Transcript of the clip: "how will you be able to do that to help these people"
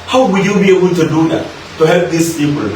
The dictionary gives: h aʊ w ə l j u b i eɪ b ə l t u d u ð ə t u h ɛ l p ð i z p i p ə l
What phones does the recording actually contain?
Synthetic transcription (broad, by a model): h aʊ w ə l j u b i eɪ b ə n t u d u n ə t u h ɛ l p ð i s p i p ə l